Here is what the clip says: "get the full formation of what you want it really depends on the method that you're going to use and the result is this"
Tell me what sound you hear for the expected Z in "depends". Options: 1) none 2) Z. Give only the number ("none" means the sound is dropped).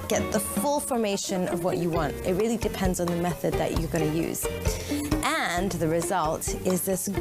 2